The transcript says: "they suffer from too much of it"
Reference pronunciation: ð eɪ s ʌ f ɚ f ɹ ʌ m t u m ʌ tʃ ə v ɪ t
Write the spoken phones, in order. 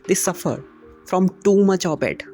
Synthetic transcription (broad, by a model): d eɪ s ʌ f ɚ f ɹ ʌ m t u m ʌ tʃ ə b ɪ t